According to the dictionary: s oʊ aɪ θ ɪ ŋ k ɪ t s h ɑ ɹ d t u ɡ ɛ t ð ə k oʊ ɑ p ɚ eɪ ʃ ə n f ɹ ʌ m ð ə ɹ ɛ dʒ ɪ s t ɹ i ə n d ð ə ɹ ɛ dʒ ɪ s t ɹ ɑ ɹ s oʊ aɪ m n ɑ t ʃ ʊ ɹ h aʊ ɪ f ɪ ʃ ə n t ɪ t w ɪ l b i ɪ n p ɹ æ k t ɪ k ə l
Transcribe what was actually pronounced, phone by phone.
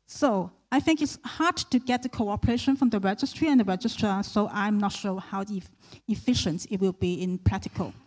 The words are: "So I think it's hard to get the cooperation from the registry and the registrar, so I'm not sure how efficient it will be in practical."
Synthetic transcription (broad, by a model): s oʊ aɪ θ ɪ ŋ k ɪ t s h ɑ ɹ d t u ɡ ɛ t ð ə k oʊ ɑ p ɚ eɪ ʃ ə n f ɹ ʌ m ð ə ɹ ɛ dʒ ɪ s t ɹ i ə n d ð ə ɹ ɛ dʒ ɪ s t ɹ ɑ s oʊ aɪ m n ɑ t ʃ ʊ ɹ h aʊ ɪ f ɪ ʃ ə n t ɪ t w ɪ l b i ɪ n p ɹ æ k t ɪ k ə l